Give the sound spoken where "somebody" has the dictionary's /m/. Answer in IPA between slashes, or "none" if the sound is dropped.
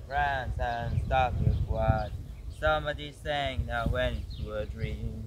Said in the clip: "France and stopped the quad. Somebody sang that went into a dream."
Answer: /m/